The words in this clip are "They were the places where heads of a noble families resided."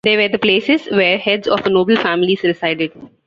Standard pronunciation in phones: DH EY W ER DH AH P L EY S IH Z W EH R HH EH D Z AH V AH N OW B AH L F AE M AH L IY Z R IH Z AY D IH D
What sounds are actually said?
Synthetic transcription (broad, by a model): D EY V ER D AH P L EY S IH Z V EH R HH EH D Z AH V AH N OW B AH L F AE M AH L IY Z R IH S AY D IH D